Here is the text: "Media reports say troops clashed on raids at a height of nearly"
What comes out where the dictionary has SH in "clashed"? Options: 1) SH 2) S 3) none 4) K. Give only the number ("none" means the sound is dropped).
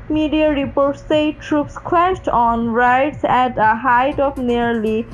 2